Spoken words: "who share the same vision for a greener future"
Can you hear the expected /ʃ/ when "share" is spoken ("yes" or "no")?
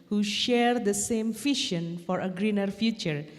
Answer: yes